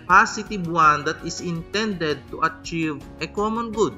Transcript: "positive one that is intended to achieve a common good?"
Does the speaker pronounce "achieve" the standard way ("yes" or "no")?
yes